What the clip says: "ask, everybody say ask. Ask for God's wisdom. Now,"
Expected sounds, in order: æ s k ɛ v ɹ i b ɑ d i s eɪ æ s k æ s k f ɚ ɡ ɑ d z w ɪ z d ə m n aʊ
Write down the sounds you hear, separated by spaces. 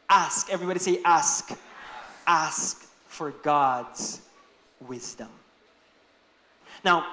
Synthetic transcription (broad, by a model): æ s k ɛ v ɹ i b ɑ d i s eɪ æ s k æ s k f ɚ ɡ ɑ d z w ɪ z d ə m n aʊ